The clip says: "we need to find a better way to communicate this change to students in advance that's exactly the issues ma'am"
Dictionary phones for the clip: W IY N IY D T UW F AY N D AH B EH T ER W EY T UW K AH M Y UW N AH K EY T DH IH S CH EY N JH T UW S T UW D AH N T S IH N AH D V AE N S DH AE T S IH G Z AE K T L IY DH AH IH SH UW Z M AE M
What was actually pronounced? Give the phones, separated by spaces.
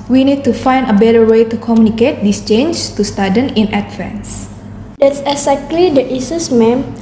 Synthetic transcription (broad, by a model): W IY N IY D T UW F AY N D AH B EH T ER W EY T UW K AH M Y UW N AH K EY T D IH S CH EY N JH T UW S T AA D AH N IH N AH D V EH N S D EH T S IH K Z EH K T L IY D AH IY S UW S M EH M